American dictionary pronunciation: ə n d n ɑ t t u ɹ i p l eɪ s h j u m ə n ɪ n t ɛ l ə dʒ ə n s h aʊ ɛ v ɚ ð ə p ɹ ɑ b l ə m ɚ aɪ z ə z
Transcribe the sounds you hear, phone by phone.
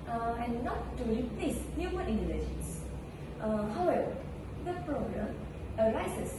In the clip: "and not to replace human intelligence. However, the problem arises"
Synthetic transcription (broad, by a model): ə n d n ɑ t t u ɹ i p l eɪ s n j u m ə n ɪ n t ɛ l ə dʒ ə n s h aʊ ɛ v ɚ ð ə p ɹ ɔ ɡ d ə m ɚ aɪ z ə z